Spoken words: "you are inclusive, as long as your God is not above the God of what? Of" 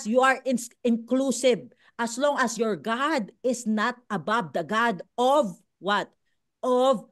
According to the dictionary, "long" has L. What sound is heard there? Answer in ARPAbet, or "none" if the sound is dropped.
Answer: L